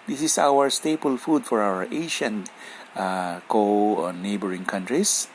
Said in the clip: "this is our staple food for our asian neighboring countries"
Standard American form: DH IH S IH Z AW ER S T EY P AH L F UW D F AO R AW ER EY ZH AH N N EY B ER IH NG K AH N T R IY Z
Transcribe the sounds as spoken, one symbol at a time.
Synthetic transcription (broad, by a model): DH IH S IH S AW ER S T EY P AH L F UW D F AO R AW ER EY SH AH N N EY B ER IH NG K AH N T R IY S